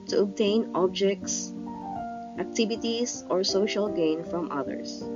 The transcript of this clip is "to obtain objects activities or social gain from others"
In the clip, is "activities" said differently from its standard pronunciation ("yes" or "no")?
yes